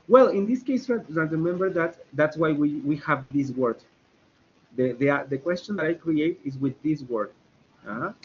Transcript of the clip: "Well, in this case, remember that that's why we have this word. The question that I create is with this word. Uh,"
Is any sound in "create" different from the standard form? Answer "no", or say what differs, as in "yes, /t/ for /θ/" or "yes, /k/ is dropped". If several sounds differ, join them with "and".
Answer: no